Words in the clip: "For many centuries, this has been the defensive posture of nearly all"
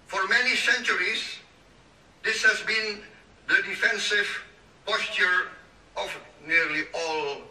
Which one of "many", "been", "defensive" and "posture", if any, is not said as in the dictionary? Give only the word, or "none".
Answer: none